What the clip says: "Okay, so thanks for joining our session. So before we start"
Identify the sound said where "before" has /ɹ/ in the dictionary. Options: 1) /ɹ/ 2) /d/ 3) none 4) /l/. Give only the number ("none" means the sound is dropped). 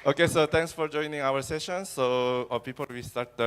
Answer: 4